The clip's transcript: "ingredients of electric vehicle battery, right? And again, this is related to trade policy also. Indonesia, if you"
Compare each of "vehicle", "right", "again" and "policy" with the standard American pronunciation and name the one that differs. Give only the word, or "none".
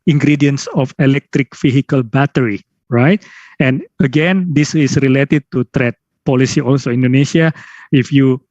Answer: vehicle